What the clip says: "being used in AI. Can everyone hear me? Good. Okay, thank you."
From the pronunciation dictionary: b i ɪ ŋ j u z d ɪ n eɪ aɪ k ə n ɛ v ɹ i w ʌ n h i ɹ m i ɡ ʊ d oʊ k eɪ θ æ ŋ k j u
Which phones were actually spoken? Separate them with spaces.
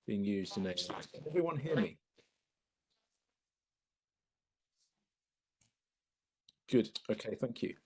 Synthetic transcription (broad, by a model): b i ɪ ŋ j u z d ɪ n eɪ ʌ k ə n ɛ v ɹ i w ʌ n h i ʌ m i ɡ ʊ d oʊ k eɪ θ æ ŋ k j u